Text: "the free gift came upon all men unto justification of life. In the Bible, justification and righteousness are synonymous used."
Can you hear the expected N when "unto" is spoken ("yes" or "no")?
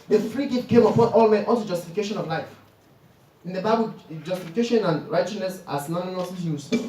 no